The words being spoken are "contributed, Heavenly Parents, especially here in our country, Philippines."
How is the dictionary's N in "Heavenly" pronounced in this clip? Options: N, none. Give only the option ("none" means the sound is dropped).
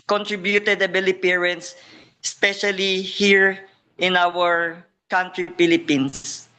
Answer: none